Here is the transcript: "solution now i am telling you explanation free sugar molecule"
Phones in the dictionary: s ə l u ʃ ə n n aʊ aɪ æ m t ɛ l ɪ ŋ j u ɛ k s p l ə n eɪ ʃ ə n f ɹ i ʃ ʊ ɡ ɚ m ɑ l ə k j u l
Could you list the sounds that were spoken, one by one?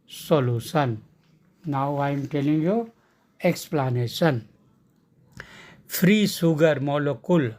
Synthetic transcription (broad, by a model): s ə l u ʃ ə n n aʊ aɪ m t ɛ l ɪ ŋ j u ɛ k s p l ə n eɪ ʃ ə n f ɹ i s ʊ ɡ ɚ m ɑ l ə k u l